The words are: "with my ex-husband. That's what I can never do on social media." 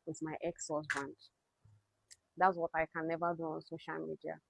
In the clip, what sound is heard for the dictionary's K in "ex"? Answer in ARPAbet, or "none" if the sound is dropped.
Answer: K